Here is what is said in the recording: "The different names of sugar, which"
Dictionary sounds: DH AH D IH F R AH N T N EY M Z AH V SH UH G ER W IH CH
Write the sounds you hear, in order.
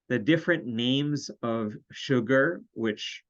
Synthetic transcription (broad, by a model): DH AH D IH F R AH N N EY M Z AH V SH UH G ER W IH CH